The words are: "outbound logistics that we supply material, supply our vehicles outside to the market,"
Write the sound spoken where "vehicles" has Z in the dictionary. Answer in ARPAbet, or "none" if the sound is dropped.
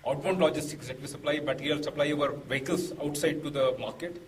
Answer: S